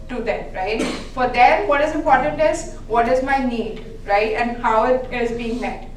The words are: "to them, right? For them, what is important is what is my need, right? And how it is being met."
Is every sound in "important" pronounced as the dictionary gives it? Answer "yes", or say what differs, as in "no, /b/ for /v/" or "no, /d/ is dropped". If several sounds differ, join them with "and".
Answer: yes